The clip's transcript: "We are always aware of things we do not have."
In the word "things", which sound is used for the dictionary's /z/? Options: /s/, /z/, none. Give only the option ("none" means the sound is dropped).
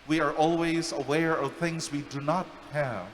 /z/